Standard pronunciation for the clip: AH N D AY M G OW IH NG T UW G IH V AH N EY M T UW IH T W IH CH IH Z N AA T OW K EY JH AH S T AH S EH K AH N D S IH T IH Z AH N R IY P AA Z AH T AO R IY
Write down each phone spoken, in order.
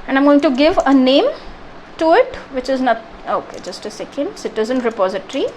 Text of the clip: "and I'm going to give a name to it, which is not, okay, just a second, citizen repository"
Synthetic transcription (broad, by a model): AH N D AY M G OW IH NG T UW G IH V AH N EY M T UW IH T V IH CH IH Z N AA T OW K EY JH AH S T AH S EH K AH N D S IH T IH Z AH N R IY P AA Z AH T R IY